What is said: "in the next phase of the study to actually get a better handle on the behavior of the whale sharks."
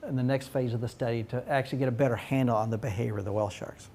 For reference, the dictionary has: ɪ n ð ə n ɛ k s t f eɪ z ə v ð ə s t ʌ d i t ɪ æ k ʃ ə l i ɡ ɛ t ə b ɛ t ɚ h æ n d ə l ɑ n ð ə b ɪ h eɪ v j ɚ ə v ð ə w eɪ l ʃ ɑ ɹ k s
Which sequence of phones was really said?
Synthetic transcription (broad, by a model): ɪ n ð ə n ɛ k s t f eɪ z ə v ð ə s t ʌ d i t ɪ æ k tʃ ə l i ɡ ɛ t ə b ɛ t ɚ h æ n d l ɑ n ð ə b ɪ h eɪ v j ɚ ə v ð ə w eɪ l ʃ ɑ ɹ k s